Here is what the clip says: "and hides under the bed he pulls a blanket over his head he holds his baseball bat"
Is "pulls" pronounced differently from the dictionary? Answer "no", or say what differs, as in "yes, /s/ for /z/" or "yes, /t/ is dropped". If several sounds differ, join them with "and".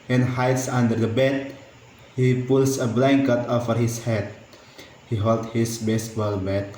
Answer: yes, /s/ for /z/